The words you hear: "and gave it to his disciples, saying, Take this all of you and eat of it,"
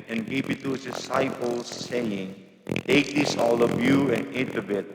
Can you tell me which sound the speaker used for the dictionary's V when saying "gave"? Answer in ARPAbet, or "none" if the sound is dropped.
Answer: P